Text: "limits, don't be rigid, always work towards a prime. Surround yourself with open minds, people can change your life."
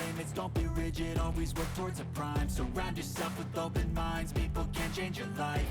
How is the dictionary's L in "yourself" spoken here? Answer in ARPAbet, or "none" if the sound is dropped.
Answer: none